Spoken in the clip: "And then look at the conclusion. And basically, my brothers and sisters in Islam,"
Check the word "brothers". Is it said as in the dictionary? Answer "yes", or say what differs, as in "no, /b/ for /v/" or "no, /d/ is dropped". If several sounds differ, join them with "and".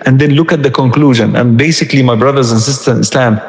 yes